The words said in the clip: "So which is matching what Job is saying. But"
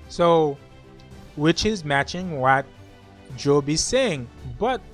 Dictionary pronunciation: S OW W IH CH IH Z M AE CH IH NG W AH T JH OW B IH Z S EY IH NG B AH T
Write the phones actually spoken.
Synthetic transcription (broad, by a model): S OW W IH CH IH Z M AE CH IH NG W AH T JH OW B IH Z S EY IH NG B AH T